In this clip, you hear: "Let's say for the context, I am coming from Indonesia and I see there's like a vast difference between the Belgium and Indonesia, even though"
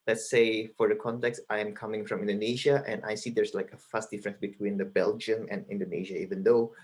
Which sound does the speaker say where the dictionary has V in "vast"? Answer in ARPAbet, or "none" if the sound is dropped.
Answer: F